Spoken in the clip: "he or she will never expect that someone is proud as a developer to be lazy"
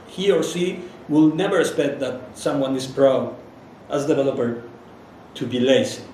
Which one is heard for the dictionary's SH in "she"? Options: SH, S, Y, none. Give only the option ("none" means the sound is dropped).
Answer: S